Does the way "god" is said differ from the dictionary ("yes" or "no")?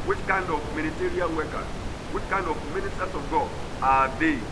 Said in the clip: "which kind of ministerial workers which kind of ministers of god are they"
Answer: yes